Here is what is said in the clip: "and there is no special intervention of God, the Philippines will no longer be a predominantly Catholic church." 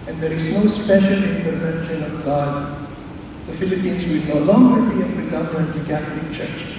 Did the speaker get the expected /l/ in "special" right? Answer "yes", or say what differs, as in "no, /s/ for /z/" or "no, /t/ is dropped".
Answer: no, /n/ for /l/